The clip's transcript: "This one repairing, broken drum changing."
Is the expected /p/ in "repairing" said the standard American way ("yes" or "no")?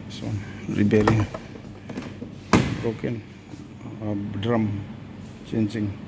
no